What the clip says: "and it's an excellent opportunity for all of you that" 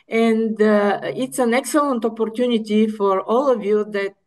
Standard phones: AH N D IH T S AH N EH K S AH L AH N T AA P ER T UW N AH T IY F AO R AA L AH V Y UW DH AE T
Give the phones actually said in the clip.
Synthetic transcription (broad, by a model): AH N D IH T S AH N EH K S AH L AH N T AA P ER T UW N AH T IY F AO R AA L AH V Y UW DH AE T